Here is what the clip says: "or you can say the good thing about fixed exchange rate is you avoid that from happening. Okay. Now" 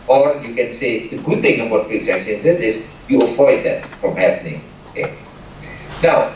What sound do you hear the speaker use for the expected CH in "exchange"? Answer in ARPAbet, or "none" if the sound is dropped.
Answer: none